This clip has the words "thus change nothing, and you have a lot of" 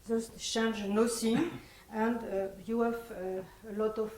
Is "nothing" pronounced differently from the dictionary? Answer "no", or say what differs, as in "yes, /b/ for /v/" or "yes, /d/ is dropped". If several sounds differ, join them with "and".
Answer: yes, /s/ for /θ/